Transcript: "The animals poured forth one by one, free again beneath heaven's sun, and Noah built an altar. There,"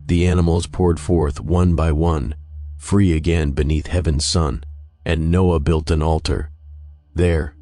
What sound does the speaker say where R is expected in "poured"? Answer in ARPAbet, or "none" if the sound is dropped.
R